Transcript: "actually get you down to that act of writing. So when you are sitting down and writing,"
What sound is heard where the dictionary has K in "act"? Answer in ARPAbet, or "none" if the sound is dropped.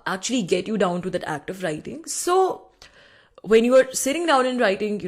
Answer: K